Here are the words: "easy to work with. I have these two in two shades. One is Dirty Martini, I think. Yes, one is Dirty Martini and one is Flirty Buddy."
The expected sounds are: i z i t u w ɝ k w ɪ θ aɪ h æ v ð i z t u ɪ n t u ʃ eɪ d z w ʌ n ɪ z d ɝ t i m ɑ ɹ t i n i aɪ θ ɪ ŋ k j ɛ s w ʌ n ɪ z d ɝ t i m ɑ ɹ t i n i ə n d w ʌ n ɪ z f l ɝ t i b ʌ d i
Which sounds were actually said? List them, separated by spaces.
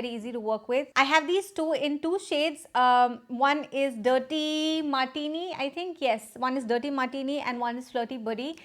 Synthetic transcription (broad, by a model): i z i t u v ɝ k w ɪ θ aɪ h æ v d i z t u ɪ n t u ʃ eɪ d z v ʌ n ɪ z d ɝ t i m ɑ ɹ t i n i aɪ t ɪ ŋ k j ɛ s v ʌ n ɪ z d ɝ t i m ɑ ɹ t i n i ə n d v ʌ n ɪ z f l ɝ t i b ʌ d i